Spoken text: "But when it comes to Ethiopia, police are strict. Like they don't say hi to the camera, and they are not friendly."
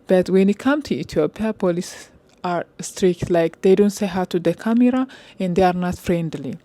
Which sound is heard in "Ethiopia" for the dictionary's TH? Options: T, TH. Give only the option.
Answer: T